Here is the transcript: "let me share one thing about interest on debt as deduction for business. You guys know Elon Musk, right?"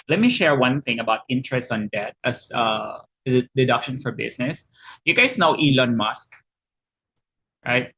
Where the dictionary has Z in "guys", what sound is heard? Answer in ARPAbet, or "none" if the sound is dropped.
S